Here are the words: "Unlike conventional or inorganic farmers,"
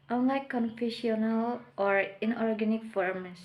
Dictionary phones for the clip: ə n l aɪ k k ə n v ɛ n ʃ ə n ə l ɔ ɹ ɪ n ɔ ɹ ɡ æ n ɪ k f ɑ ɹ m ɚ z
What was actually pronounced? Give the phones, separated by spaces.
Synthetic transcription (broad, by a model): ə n l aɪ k k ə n f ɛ ʃ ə n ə l ɔ ɹ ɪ n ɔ ɹ ɡ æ n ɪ k f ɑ ɹ m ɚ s